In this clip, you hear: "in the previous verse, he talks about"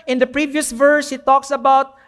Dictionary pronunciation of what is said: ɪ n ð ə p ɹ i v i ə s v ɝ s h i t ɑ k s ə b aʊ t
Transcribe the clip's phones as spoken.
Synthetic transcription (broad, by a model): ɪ n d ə p ɹ i v i ə s v ɝ s h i t ɑ k s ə b aʊ t